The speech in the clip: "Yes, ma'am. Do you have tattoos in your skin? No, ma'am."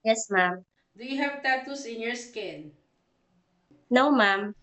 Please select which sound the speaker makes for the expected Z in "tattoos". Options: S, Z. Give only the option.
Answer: S